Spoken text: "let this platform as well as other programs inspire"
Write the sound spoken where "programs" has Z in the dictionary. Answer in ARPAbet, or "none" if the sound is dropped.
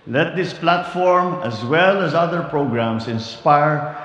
S